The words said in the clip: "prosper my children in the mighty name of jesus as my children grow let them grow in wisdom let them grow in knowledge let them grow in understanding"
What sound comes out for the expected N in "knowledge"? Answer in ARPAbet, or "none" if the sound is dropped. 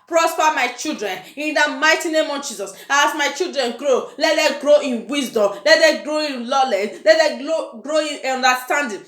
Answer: L